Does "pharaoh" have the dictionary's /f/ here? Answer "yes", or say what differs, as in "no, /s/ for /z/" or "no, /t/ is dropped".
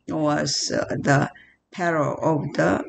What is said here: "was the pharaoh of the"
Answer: no, /p/ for /f/